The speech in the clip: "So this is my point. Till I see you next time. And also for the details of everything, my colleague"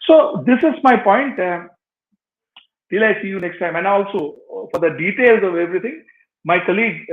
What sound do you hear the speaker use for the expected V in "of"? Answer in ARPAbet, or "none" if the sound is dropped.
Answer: V